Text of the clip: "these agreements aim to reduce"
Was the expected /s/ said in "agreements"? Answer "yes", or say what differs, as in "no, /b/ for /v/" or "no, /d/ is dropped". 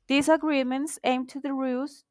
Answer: yes